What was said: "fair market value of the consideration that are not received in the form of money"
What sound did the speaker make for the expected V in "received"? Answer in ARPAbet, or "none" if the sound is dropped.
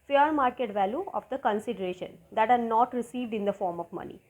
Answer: V